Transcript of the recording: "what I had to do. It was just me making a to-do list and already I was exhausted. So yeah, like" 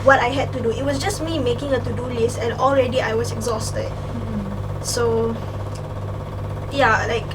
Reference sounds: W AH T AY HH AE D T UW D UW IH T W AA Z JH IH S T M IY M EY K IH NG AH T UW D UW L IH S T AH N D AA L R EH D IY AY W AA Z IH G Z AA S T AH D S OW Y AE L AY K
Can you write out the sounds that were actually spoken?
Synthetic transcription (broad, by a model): W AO T AY HH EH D T UW D UW IH T W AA S JH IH S M IY M EY K IH NG AH T UW D UW L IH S AH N AA L R EH D IY AY W AA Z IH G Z AA S T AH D S OW Y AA L AY K